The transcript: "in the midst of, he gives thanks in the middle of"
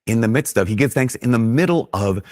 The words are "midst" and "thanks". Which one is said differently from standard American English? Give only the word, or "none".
none